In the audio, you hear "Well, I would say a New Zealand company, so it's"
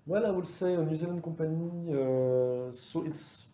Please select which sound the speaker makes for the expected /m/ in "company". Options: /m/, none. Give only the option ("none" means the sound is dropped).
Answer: none